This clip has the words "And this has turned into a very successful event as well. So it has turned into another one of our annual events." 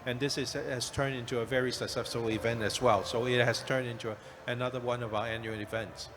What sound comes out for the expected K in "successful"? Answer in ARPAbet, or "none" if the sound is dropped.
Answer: none